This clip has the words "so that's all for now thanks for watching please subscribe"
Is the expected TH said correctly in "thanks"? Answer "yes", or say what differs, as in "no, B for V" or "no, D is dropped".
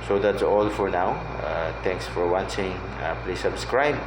no, T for TH